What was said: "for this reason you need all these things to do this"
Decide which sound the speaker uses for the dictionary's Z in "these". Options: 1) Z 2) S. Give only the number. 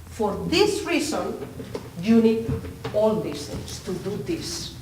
2